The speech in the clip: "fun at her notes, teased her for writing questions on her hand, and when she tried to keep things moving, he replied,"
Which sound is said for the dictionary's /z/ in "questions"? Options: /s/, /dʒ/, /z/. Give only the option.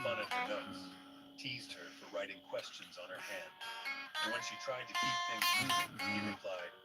/z/